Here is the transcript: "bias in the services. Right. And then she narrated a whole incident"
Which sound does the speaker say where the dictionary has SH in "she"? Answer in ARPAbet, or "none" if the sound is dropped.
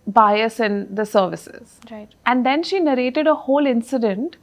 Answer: SH